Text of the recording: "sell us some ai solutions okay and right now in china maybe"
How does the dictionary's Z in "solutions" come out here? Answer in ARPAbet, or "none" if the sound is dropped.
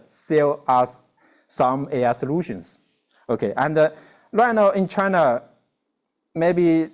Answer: S